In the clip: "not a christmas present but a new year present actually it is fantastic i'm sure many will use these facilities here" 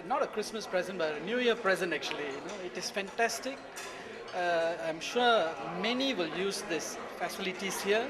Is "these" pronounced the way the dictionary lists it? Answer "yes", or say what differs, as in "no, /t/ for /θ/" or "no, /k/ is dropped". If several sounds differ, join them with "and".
no, /s/ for /z/